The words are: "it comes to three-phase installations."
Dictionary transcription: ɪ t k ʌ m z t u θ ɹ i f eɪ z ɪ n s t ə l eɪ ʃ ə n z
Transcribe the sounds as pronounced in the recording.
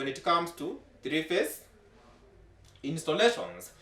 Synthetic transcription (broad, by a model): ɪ t k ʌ m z t u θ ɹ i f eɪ s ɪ n s t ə l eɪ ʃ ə n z